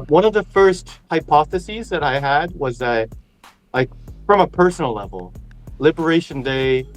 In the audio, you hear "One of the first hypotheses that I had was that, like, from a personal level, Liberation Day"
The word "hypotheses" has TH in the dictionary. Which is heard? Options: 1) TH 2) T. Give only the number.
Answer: 1